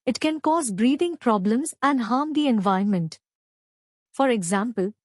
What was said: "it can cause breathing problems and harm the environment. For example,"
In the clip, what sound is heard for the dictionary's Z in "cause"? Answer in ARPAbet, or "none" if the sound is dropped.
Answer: Z